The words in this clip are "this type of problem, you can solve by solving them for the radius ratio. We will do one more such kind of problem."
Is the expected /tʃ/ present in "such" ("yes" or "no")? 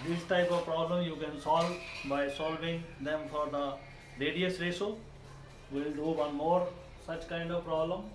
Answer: yes